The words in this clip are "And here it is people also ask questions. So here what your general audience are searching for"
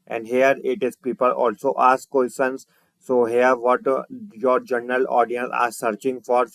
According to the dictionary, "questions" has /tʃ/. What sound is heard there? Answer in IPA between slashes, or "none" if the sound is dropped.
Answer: none